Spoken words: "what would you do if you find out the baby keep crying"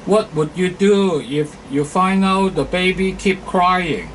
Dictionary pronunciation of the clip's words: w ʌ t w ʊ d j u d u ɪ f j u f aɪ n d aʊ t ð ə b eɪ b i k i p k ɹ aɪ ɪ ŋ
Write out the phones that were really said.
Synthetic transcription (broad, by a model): w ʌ t w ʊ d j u d u ɪ f j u f aɪ n aʊ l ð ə b eɪ b i k i p k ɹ aɪ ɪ ŋ